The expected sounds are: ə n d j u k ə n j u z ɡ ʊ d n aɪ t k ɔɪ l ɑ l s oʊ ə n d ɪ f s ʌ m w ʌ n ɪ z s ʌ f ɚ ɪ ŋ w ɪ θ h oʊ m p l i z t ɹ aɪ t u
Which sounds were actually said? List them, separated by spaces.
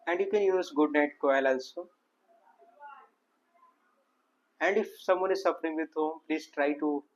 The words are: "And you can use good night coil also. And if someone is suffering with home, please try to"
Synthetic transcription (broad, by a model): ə n d j u k ə n j u z ɡ ʊ d n aɪ t k ɔɪ l ɑ l s oʊ ə n d ɪ f s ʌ m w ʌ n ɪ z s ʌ f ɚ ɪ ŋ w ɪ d h oʊ m p l i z t ɹ aɪ t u